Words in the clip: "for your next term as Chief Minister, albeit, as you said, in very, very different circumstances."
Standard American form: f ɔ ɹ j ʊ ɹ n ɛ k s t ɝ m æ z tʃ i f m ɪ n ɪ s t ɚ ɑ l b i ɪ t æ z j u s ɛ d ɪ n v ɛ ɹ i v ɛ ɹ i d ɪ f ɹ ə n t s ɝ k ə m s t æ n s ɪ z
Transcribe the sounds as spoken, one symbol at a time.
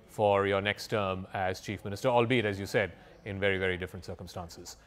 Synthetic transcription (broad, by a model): f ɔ ɹ j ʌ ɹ n ɛ k s t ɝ m æ z tʃ i f m ɪ n ɪ s t ɚ ɑ l b i ɪ t æ z j u s ɛ d ɪ n v ɛ ɹ i v ɛ ɹ i d ɪ f ɹ ə n t s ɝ k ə m s t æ n s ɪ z